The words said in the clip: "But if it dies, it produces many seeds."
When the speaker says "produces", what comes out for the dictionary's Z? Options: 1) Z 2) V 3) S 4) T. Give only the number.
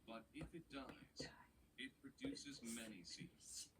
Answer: 1